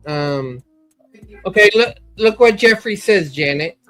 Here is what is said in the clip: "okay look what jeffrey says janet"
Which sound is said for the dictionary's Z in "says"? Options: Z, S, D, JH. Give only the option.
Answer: Z